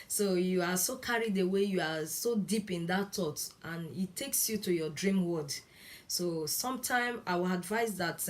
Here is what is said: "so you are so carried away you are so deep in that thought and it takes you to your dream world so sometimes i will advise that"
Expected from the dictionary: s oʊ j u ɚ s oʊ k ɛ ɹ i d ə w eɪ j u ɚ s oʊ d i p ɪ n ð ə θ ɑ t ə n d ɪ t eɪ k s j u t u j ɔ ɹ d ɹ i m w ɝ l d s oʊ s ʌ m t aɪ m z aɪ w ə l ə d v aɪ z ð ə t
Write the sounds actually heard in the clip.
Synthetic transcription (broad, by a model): s oʊ j u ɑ s oʊ k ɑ ɹ i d ə w eɪ j u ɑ s oʊ d i p ɪ n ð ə t ɑ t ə n ɪ t eɪ k s j u t u j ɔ d ɹ i m w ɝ d s oʊ s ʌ m t aɪ m aɪ w ə l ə d v aɪ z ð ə t